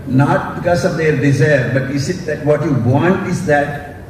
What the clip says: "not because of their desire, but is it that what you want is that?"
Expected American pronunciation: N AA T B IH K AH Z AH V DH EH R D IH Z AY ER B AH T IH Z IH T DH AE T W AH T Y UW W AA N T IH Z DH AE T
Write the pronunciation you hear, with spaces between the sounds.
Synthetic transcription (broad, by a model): N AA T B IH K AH S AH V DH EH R D IH Z AY ER B AH T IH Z IH T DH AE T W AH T Y UW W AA N T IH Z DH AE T